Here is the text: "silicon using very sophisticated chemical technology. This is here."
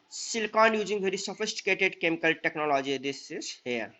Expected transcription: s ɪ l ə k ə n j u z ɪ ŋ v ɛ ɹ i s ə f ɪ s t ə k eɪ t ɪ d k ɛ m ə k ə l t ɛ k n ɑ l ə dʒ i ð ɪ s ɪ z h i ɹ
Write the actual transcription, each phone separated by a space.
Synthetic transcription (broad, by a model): s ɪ l k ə n j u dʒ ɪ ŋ b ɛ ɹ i s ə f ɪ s t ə k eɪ t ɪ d k ɛ m ə k ə l t ɛ k n ɑ l ə dʒ i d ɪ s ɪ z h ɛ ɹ